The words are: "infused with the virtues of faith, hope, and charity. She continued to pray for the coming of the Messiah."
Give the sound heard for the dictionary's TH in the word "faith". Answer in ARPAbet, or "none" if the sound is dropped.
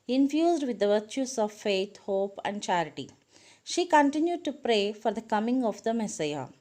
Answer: T